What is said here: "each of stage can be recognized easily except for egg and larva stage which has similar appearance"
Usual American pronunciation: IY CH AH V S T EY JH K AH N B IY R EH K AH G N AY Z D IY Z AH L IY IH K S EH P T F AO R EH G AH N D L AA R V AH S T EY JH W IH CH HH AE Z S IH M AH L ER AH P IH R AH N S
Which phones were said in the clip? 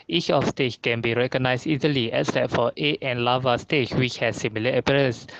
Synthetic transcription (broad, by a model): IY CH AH F S T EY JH K AH N B IY R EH K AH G N AY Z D IY Z AH L IY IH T S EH T F AO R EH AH N L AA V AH S T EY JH W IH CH HH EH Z S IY M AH L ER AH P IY R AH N S